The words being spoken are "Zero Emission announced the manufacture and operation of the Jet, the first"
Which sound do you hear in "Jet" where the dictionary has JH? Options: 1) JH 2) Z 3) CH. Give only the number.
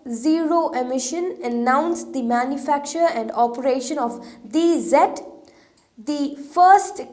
2